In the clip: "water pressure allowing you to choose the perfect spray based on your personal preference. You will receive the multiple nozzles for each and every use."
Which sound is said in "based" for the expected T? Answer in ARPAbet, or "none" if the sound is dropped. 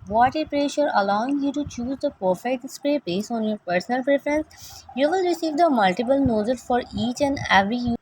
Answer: none